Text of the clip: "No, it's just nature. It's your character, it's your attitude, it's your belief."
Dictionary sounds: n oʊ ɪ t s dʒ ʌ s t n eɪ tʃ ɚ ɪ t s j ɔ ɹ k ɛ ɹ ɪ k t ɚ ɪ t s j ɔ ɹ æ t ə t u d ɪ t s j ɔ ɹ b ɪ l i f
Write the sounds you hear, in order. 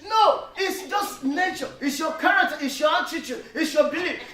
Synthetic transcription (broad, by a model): n oʊ ɪ t s dʒ ʌ s t n eɪ tʃ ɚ ɪ t s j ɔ k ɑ ɹ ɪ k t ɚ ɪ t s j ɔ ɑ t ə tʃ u ɪ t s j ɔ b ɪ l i